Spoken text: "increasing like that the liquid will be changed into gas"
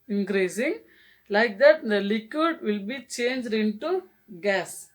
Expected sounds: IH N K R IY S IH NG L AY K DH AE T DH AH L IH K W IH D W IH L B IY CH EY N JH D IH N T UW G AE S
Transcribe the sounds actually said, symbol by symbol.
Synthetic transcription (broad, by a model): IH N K R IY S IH NG L AY K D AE T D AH L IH K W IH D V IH L B IY CH EY N JH D IH N T UW G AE S